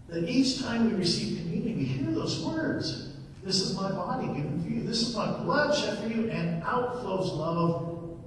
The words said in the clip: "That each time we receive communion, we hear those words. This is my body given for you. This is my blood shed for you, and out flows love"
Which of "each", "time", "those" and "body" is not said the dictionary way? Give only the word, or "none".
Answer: none